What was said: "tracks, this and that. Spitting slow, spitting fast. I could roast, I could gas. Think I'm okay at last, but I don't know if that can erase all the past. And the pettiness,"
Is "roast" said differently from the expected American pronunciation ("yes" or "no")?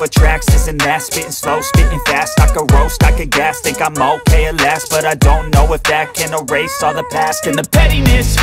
no